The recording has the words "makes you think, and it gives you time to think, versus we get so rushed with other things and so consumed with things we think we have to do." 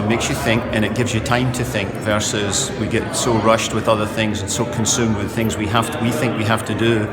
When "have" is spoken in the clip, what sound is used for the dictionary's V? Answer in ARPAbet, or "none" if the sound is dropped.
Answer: F